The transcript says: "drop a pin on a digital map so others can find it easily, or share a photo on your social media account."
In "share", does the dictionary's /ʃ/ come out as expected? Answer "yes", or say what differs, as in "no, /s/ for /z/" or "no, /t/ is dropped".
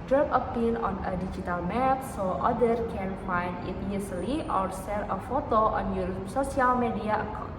no, /s/ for /ʃ/